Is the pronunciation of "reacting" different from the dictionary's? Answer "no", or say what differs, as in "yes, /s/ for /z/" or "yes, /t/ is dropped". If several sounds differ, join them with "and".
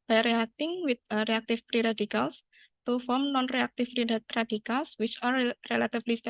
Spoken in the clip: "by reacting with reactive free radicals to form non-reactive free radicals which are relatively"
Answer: yes, /k/ is dropped